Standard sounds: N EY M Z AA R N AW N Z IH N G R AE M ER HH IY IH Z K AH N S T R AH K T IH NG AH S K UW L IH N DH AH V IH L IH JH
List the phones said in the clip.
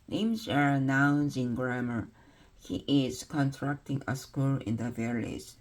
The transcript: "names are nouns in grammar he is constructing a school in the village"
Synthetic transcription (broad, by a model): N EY M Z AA R N AW N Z IH N G R AE M ER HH IY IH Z K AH N T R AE K T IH NG AH S K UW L IH N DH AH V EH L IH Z